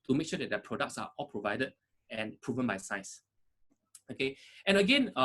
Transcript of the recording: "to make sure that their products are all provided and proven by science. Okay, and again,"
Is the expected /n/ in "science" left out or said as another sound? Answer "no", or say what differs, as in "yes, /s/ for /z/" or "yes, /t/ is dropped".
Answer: yes, /n/ is dropped